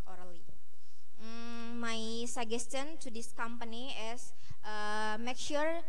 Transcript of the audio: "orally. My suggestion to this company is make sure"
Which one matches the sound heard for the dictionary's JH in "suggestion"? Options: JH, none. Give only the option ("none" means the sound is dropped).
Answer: none